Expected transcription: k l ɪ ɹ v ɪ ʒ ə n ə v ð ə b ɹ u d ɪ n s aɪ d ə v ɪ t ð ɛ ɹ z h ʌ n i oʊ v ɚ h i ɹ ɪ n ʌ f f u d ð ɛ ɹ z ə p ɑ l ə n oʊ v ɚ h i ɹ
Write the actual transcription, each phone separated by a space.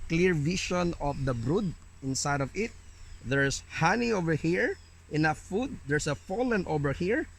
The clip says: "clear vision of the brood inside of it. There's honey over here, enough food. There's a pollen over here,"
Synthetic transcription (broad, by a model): k l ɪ ɹ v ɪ ʃ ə n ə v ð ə b ɹ u d ɪ n s aɪ d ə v ɪ t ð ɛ ɹ s h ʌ n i oʊ v ɚ h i ɹ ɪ n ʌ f f u d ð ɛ ɹ s ə f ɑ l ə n oʊ v ɚ h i ɹ